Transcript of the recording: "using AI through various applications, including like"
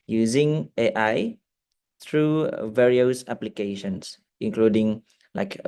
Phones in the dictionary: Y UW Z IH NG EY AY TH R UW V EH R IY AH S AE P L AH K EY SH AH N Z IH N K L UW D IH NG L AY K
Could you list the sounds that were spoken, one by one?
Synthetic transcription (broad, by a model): Y UW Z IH NG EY AY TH R UW V EH R IY AH S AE P L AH K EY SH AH N S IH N K L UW D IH NG L AY K